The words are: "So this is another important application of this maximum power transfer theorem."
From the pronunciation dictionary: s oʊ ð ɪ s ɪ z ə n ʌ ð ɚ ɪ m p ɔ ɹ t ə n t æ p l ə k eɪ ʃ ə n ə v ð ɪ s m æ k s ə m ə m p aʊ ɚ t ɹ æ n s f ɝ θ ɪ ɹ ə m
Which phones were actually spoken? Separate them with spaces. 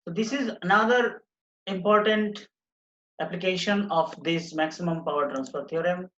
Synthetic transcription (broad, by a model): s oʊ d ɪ s ɪ z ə n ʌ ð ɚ ɪ m p ɔ ɹ t ə n t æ p l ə k eɪ ʃ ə n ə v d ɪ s m æ k s ə m ə m p aʊ ɚ t ɹ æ n s p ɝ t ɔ ɹ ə m